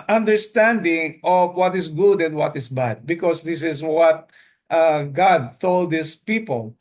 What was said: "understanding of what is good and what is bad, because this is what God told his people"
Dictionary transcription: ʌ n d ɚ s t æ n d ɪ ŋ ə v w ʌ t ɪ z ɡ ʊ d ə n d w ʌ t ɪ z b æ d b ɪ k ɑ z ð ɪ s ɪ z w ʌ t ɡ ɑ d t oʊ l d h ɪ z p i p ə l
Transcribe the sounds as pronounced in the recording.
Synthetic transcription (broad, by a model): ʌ n d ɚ s t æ n d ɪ ŋ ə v w ʌ t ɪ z ɡ ʊ d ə n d w ʌ t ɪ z b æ d b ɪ k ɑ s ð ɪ s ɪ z w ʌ t ɡ ɑ d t oʊ l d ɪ s p i p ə l